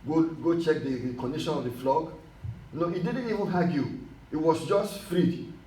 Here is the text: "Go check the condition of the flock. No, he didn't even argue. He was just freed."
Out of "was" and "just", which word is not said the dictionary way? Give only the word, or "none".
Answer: was